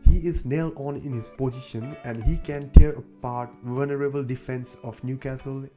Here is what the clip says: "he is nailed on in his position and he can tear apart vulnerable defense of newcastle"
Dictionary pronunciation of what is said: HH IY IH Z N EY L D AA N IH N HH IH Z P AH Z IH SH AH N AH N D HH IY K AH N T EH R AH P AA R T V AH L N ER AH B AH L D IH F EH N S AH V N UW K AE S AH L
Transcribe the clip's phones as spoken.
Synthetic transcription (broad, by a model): HH IY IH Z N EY L AA N IH N HH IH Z P AH Z IH SH AH N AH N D HH IY K AH N T EH R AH P AA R T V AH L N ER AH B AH L D IH F EH N S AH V N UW K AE S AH L